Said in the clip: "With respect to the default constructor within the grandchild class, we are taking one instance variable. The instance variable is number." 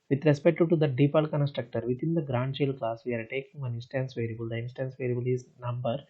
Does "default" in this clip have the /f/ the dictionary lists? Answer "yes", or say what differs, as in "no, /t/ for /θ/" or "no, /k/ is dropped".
no, /p/ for /f/